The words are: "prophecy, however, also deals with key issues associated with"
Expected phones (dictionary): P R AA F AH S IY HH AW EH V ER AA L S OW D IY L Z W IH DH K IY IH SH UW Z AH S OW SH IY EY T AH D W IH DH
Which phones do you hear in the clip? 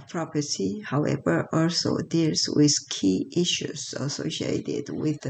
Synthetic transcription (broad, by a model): P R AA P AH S IY HH AW EH V ER AA L S OW D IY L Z W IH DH K IY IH SH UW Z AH S OW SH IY EY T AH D W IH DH